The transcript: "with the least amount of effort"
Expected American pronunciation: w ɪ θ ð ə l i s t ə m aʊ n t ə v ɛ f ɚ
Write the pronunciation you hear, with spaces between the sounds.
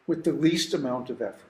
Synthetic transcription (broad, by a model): w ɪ ð ə l i s t ə m aʊ n t ə v ɛ f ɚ